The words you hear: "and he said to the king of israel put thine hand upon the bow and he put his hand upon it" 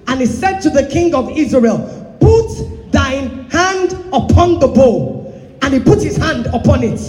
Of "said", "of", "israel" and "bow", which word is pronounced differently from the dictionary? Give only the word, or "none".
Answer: none